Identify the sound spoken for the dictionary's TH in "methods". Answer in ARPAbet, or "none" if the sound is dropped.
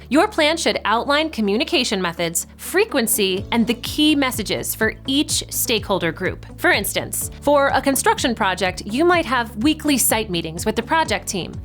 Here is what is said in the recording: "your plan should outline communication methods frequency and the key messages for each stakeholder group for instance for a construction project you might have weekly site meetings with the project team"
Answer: TH